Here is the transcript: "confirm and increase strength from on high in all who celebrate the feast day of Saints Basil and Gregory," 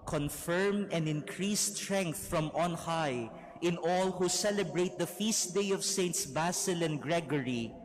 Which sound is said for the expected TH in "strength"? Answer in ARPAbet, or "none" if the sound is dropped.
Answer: TH